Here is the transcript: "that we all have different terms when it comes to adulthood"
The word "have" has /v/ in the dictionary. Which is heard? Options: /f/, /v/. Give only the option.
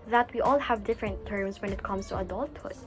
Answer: /v/